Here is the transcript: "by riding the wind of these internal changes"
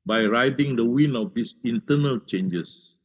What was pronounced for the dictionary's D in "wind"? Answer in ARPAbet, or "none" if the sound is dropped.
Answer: none